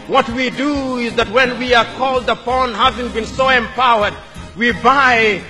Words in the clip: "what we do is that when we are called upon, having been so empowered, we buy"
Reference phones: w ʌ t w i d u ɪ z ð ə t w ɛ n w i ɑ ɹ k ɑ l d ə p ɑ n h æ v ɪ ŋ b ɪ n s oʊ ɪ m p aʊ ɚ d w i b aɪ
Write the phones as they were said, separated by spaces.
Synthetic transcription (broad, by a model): w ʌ t w i d u ɪ z ð ə t w ɛ n w i ɑ ɹ k ɑ l d ə p ɑ n h æ v ɪ ŋ b ɪ n s oʊ ɪ m p aʊ ɚ d w i b aɪ